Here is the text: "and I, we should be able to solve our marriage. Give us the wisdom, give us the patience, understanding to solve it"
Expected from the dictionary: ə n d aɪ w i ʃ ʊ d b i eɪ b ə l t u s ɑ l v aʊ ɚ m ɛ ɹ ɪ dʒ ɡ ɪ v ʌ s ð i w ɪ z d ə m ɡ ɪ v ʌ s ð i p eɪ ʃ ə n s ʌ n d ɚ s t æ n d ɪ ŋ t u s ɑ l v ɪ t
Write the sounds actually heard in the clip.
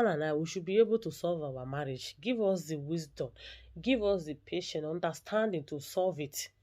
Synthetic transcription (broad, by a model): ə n aɪ w i ʃ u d b i eɪ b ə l t u s ɑ l v aʊ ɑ m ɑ ɹ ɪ dʒ ɡ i v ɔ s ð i w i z d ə m ɡ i v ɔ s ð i p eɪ ʃ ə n ɔ n d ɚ s t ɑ n d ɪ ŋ t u s ɑ l v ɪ t